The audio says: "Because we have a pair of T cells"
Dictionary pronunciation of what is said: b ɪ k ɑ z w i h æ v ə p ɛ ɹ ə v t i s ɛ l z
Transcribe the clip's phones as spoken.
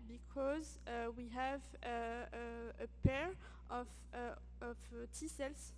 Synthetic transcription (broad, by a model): b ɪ k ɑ z w i h æ v ə p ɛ ɹ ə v t i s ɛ l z